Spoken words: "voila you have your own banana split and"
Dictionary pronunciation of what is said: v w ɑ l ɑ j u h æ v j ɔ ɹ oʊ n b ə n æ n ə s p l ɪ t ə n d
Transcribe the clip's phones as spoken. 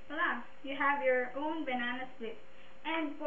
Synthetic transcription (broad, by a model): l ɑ j u h æ v j ɔ ɹ oʊ n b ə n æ n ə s l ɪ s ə n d